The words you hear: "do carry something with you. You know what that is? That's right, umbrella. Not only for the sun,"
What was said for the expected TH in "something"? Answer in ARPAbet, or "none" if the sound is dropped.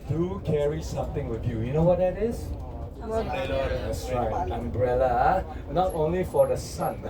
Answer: T